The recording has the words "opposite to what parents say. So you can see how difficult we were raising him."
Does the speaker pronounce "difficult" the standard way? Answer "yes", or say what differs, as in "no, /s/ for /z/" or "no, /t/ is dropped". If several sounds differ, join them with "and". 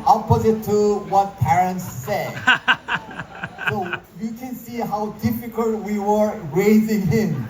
yes